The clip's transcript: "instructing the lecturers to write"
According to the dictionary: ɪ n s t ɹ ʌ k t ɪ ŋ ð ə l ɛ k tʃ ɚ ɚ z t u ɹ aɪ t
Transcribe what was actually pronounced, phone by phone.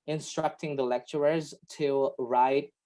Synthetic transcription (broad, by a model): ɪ n s t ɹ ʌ k t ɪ ŋ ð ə l ɛ k tʃ ɚ ɚ z t u ɹ aɪ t